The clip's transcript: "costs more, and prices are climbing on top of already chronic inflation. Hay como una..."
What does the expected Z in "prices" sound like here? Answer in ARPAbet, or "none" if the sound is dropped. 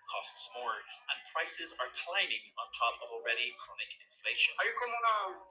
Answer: Z